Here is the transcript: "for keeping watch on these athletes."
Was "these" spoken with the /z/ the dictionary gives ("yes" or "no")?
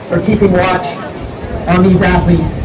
yes